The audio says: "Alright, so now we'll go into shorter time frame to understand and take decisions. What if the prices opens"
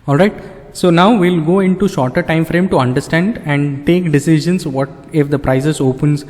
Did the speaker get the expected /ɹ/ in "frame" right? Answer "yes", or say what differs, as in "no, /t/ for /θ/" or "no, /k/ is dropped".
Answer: yes